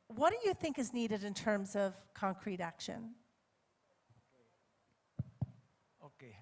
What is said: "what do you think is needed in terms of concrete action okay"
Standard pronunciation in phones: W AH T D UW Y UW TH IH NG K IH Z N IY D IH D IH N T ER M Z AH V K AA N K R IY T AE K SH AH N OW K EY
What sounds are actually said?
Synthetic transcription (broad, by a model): W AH T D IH Y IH TH IH NG K IH Z N IY D IH D IH N T ER M Z AH V K AA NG K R IY T AE K SH AH N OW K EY